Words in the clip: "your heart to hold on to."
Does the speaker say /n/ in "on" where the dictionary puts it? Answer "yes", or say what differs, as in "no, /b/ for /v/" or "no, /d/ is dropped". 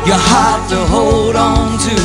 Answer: yes